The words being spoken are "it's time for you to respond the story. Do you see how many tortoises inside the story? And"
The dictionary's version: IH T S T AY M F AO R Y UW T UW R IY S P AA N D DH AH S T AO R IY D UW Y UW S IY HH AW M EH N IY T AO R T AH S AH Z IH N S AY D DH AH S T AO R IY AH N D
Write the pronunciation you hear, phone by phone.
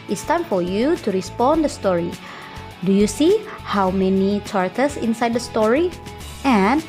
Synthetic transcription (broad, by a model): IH T S T AY M F AO R Y UW T UW R IY S P AA N D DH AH S T AO R IY D UW Y UW S IY HH AW M EH N IY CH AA R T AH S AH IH N S AY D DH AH S T AO R IY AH N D